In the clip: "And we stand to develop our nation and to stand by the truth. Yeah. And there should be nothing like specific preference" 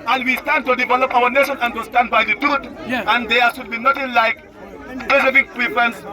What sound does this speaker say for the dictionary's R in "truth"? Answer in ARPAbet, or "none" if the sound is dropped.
none